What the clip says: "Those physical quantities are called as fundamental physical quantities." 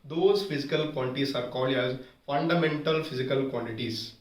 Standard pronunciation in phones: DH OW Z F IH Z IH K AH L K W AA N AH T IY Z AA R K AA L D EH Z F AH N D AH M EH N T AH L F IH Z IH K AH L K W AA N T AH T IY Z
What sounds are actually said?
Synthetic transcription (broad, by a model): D OW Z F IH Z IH K AH L K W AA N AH T IY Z AA R K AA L EH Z F AH N D AH M EH N T AH L F IH Z IH K AH L K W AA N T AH T IY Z